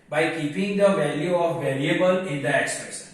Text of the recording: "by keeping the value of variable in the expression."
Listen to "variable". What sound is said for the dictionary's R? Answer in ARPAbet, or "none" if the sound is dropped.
L